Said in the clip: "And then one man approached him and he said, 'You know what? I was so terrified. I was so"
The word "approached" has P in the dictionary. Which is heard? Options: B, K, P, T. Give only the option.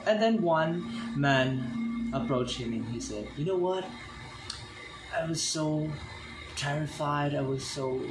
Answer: P